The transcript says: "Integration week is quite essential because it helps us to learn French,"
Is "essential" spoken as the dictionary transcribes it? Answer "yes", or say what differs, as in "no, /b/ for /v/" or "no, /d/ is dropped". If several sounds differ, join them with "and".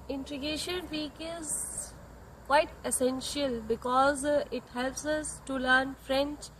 yes